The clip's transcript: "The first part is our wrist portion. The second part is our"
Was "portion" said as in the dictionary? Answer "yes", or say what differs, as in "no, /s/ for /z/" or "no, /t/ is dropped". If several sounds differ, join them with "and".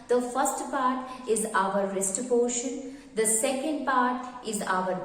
no, /b/ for /p/